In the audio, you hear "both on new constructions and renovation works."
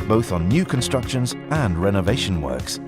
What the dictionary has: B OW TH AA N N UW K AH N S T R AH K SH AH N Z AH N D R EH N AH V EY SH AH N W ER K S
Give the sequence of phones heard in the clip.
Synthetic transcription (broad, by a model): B OW TH N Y UW K AH N S T R AH K SH AH N Z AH N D R EH N AH V EY SH AH N W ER K S